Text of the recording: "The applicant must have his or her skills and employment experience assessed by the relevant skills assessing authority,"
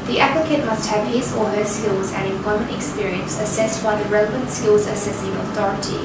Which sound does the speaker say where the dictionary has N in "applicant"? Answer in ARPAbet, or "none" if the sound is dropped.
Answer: none